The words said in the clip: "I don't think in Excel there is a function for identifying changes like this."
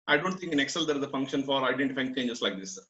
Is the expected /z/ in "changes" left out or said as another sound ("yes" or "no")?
yes